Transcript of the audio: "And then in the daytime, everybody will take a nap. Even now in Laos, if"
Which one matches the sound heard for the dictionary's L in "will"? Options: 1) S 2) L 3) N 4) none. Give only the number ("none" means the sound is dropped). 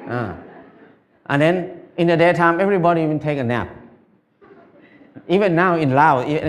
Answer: 3